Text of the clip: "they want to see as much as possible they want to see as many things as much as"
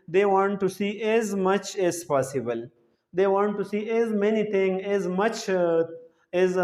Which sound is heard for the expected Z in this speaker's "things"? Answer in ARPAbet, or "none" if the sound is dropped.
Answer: none